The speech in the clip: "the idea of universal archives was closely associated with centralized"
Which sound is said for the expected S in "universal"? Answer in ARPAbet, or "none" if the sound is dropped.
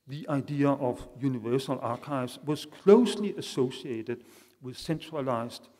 S